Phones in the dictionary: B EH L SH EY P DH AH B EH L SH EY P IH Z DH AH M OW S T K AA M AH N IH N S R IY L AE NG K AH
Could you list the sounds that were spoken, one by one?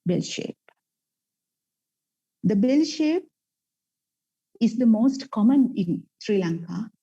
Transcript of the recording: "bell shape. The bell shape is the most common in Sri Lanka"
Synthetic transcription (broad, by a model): B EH L SH EY P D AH B EH L SH EY P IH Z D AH M OW S T K AA M AH N IH N S R IY L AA NG K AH